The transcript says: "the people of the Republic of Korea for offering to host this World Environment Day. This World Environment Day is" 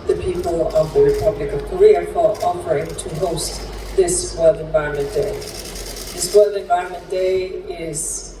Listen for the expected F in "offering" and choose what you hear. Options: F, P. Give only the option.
P